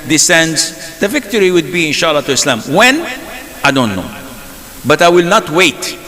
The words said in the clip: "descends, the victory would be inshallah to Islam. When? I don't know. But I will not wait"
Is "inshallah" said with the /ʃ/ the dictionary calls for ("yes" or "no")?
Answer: yes